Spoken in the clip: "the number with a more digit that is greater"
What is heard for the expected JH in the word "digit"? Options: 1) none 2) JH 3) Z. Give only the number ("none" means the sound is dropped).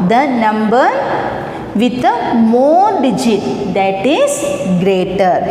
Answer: 2